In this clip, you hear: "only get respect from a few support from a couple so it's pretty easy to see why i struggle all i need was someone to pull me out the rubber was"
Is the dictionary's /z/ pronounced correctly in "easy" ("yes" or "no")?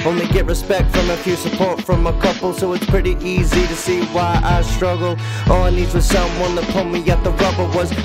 yes